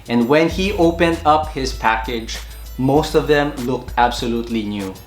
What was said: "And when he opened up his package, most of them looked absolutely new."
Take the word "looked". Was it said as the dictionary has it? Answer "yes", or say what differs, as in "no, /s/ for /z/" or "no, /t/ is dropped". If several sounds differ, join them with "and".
yes